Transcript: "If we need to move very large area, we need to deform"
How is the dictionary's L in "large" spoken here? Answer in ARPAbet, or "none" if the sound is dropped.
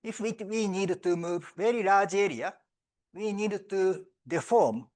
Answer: N